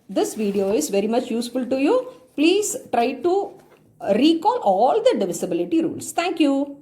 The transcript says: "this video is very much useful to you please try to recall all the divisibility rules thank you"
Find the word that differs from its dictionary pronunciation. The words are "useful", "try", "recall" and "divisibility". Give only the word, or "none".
none